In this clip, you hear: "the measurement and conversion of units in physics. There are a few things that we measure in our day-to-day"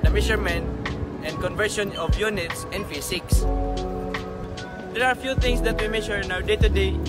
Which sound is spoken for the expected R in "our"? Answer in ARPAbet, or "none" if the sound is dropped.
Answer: W